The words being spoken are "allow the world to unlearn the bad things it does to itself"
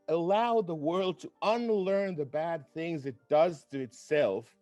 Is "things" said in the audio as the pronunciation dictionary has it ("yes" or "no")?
yes